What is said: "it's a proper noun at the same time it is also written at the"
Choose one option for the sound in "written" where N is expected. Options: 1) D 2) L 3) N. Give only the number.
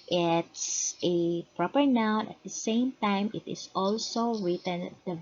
3